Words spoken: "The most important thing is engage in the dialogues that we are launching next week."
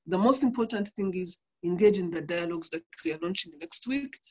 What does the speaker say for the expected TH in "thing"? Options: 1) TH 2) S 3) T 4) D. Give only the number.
1